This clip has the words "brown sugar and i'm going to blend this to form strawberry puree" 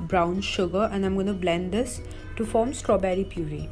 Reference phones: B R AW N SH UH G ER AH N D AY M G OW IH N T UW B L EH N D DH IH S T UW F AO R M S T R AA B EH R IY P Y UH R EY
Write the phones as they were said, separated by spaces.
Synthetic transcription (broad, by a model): B R AW N SH UH G ER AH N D AY M G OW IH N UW B L EH N D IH S T UW F AO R M S T R AA B EH R IY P Y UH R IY